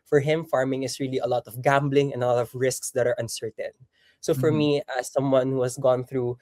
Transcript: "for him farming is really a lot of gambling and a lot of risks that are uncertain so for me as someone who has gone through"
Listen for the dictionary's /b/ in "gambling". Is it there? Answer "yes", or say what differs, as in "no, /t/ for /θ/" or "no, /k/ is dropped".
yes